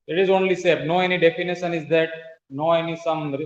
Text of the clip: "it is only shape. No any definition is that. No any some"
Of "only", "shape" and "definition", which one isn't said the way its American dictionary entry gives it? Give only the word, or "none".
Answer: shape